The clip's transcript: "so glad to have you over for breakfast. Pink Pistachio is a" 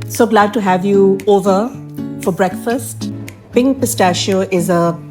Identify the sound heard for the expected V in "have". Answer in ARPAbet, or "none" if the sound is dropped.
V